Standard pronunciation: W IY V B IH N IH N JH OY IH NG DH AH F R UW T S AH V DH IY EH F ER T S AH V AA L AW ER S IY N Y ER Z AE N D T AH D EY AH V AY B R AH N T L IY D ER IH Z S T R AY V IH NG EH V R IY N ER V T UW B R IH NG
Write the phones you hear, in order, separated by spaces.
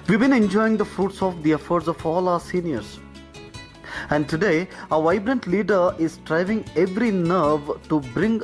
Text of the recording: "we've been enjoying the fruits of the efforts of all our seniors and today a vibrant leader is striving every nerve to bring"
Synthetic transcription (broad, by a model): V IY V B IH N IH N JH OY IH NG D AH F R UW T S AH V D IY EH F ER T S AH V AA L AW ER S IY N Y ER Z AE N D T AH D EY AH V AY B R AH N T L IY D ER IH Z S T R AY V IH NG EH V R IY N ER V T UW B R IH NG